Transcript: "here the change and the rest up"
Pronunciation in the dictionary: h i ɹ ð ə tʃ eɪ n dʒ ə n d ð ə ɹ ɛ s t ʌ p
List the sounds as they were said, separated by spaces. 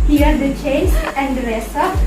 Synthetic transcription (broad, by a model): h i ɹ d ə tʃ eɪ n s ə n d ɹ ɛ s ʌ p